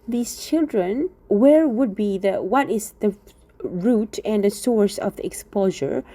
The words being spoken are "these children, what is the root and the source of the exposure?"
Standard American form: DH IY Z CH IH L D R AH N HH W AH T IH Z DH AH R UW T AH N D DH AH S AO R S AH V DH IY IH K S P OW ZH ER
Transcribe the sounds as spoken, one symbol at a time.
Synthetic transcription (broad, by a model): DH IY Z CH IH L D R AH N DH W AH T IH Z DH AH R UW T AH N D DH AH S AO R S AH V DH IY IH K S P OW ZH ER